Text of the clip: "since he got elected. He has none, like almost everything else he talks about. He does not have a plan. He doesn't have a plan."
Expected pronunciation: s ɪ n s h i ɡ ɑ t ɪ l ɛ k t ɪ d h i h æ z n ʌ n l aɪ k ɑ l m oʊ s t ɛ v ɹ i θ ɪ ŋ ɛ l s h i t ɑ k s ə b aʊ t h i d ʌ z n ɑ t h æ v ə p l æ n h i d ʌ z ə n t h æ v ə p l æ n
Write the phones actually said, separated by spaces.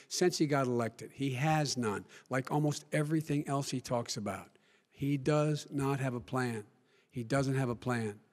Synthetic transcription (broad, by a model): s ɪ n s h i ɡ ɑ t ɪ l ɛ k t ɪ d h i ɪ z n ʌ n l aɪ k ɑ l m oʊ s t ɛ v ɹ i θ ɪ ŋ ɛ l s h i t ɑ k s ə b aʊ t h i d ʌ z n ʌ t h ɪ v ə p l æ n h i d ʌ z ə n t h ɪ v ə p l æ n